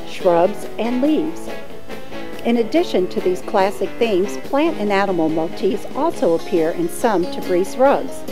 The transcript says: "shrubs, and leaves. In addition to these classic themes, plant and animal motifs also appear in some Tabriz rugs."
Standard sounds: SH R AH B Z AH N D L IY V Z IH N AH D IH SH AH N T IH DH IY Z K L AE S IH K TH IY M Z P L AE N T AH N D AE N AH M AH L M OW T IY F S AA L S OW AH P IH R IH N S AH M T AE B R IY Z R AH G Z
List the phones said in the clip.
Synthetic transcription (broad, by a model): SH R AH B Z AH N L IY V Z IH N AH D IH SH AH N T IH DH IY Z K L AE S IH K TH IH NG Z P L AE N T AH N AE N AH M L M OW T IY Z AA L S OW AH P IH R IH N S AH M T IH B R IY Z R AH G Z